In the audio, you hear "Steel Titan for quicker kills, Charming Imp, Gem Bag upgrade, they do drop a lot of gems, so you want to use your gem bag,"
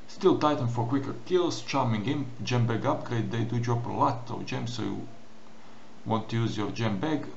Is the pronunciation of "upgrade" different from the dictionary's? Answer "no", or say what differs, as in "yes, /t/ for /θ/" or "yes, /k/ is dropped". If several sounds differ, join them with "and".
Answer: no